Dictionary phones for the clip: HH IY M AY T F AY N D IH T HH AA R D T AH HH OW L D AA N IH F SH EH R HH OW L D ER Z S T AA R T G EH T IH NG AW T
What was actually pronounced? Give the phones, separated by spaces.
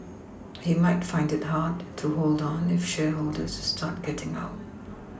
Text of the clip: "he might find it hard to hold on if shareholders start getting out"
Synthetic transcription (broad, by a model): HH IY M AY T F AY N D IH T HH AA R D T AH HH OW L D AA N IH F SH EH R HH OW L D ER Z S T AA R T G EH T IH NG AW T